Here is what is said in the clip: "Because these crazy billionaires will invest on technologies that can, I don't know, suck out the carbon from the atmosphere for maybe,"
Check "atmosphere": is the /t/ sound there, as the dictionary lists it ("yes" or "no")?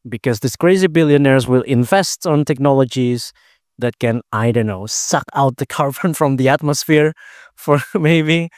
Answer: yes